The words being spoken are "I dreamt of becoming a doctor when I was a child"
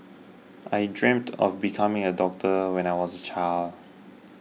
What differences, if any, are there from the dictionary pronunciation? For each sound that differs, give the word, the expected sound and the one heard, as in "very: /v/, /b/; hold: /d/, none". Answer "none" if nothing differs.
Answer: none